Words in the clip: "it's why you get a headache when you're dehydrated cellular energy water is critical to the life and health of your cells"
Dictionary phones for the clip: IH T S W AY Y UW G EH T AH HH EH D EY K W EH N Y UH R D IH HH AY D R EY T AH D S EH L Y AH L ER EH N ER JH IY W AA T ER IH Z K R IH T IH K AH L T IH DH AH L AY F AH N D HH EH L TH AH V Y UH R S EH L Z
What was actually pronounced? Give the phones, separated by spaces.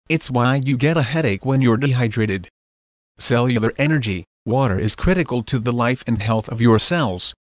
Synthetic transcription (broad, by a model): IH T S W AY Y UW G EH T AH HH EH D EY K W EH N Y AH R D IH HH AY D R EY T AH D S EH L Y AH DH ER EH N ER JH IY W AA T ER IH Z K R IH T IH K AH L T IH DH AH L AY F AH N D HH EH L TH AH V Y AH R S EH L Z